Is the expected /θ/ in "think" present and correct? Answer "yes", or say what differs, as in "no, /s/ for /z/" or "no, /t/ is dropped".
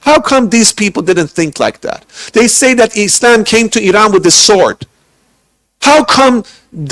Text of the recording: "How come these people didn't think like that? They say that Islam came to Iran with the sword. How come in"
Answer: yes